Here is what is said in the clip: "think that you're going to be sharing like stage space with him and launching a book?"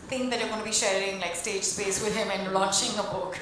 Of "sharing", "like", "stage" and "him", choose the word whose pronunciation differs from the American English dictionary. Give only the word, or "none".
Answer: none